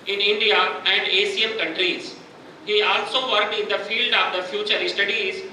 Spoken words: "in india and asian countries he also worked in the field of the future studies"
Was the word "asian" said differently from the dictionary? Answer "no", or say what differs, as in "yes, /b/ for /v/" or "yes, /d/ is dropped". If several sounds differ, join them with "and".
yes, /s/ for /ʒ/